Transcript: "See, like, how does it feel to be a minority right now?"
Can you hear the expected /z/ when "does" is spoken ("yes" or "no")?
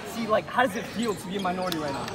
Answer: yes